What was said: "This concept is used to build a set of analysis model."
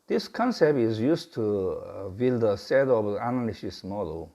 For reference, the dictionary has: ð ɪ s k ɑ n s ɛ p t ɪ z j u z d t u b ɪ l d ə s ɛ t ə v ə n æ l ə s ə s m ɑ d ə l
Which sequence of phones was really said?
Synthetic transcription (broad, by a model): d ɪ s k ɑ n s ɛ p t ɪ z j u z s t u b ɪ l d ə s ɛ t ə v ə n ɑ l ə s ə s m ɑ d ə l